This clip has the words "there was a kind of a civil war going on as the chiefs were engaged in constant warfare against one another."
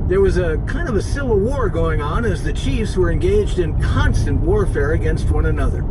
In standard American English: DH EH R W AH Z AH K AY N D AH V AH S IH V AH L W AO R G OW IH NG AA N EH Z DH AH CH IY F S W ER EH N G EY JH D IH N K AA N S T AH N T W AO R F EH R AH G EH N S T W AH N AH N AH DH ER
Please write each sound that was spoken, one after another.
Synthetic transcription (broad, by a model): DH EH R W AH Z AH K AY N D AH V AH S IH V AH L W AO R G OW IH NG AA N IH Z DH AH CH IY F S W ER EH N G EY JH D IH N K AA N S T AH N T W AO R F EH R AH G EH N S T W AH N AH N AH DH ER